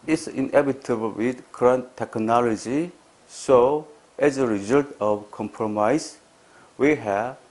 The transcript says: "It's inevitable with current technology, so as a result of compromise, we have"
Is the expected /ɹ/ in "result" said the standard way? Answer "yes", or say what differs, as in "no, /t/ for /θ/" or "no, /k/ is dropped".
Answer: yes